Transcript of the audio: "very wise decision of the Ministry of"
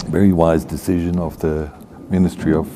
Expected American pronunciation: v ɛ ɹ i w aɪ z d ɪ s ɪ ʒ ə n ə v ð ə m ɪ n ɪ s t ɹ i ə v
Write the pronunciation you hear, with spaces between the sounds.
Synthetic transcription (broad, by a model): v ɛ ɹ i w aɪ z d ɪ s ɪ ʒ ə n ə v ð ə m ɪ n ɪ s t ɹ i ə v